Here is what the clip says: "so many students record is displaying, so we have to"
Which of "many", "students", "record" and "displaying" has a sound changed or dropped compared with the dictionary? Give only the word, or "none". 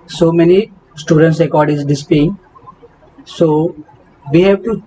displaying